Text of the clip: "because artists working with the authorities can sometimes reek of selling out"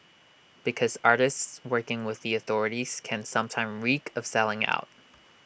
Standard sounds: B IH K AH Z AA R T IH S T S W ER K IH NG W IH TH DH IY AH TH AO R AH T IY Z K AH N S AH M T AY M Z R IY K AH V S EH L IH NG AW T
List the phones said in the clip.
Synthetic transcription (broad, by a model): B IH K AH Z AA R T IH S T S W ER K IH NG W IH DH IY AH TH AO R AH T IY Z K AH N S AH M T AY M R IY K AH V S EH L IH NG AW T